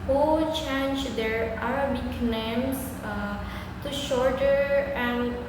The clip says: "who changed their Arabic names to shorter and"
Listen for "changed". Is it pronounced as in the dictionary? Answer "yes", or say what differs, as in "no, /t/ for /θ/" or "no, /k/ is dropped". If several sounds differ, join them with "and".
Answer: yes